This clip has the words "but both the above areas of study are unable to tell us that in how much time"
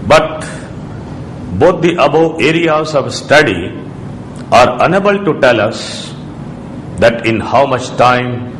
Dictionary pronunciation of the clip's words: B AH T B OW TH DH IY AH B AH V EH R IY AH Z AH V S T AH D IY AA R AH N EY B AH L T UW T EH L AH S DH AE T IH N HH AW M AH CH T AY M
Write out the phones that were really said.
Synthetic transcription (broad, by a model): B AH T B OW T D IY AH B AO EH R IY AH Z AH V S T AH D IY AA R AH N EY B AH L T UW T EH L AH S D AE T IH N HH AW M AH CH T AY M